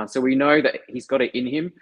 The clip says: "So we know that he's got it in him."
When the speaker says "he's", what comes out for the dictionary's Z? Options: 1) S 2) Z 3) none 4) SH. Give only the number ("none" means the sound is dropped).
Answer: 2